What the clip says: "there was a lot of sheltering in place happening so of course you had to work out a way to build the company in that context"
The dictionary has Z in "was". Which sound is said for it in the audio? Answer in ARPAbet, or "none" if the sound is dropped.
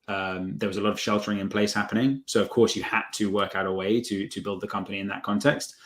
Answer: Z